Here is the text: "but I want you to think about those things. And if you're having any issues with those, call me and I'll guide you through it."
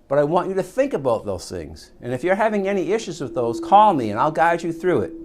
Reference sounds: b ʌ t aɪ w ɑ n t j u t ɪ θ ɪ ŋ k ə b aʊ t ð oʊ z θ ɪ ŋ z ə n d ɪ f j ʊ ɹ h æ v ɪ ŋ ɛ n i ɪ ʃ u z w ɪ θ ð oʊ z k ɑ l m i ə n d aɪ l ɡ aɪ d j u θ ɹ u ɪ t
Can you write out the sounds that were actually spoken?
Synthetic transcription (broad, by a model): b ʌ t aɪ w ɑ n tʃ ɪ t ɪ θ ɪ ŋ k ə b aʊ t ð oʊ z θ ɪ ŋ z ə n ɪ f j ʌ ɹ h æ v ɪ ŋ ɛ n i ɪ ʃ u z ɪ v ð oʊ z k ɑ l m i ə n aɪ l ɡ aɪ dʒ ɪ θ ɹ u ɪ t